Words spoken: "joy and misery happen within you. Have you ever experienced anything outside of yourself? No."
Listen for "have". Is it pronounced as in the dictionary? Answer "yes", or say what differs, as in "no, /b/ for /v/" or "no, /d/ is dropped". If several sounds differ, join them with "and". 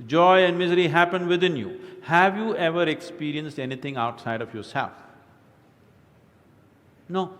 yes